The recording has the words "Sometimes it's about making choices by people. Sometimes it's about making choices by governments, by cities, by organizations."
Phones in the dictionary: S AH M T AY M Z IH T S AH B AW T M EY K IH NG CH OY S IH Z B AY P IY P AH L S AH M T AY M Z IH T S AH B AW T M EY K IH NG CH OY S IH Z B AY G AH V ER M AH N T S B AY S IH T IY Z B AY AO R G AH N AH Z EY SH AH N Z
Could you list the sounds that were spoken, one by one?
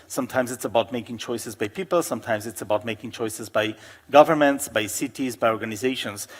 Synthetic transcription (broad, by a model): S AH M T AY M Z IH T S AH B AW T M EY K IH NG CH OY S IH Z B AY P IY P AH L S AH M T AY M Z IH T S AH B AW T M EY K IH NG CH OY S IH Z B AY G AH V ER M AH N T S B AY S IH T IY Z B AY AO R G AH N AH Z EY SH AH N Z